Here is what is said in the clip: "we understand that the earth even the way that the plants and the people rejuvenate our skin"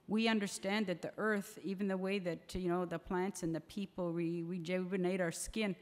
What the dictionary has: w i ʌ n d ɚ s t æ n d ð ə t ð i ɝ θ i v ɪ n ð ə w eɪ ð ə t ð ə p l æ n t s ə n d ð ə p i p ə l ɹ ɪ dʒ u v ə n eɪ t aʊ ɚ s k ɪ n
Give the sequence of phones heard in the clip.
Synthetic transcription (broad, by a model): w i ʌ n d ɚ s t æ n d ð ə t ð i ɝ θ i v ɪ n ð ə w eɪ ð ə t ð ə p l æ n t s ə n ð ə p i p l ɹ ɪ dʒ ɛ b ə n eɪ t aʊ ɚ s k ɪ n